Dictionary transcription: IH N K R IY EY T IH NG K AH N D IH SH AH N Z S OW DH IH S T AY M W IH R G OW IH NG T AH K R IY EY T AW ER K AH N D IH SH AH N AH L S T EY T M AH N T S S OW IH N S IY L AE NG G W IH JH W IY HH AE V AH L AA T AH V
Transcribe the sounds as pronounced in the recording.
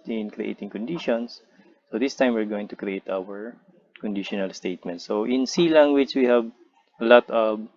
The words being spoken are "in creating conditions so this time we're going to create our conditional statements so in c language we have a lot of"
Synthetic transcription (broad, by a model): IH N K R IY EY T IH NG K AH N D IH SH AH N S OW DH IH S T AY M W IH R G OW IH NG T AH K R IY EY T AW ER K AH N D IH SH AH N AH L S T EY T M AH N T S S OW IH N S IY L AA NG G W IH CH W IY HH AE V AH L AA T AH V